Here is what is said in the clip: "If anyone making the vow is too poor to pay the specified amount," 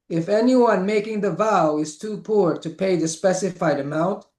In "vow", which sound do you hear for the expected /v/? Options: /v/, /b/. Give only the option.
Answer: /v/